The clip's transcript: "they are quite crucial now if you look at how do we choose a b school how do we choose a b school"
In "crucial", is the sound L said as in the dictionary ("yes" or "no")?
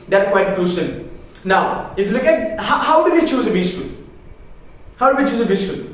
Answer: no